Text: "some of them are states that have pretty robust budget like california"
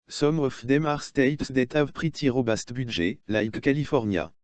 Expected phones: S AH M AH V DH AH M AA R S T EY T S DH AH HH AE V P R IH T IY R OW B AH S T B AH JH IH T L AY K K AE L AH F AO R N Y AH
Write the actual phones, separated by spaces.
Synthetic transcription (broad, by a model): S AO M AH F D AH M AA R S T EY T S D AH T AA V P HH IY T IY R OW B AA S T B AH ZH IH L AY K K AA L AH F AO R N Y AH